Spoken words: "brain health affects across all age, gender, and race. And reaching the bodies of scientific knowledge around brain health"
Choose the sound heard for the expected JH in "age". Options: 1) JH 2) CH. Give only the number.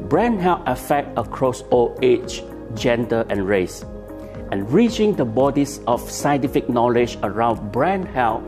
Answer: 2